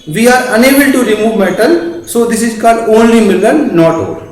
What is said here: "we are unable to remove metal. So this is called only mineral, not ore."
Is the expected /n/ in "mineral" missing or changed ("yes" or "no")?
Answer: yes